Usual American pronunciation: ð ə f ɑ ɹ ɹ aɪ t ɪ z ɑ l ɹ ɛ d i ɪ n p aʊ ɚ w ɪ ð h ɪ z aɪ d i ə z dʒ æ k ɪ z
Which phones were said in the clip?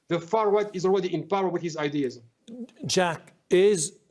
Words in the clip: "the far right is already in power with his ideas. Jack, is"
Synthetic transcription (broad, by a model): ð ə f ɑ ɹ w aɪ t ɪ z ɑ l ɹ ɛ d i ɪ n p aʊ ɚ w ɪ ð h ɪ z aɪ d i ə z dʒ æ k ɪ z